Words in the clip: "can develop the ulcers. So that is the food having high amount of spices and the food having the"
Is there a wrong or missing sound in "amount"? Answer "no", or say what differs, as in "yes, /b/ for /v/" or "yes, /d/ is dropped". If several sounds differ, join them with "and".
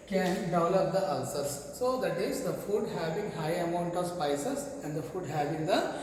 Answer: no